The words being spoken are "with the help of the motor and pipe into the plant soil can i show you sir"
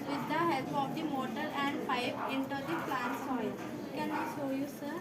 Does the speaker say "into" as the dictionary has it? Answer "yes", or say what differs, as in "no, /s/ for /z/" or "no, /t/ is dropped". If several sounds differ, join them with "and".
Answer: yes